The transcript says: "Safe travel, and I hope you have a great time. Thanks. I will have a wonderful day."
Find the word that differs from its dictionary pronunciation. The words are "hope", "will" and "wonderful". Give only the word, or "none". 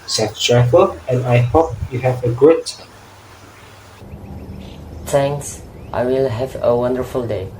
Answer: none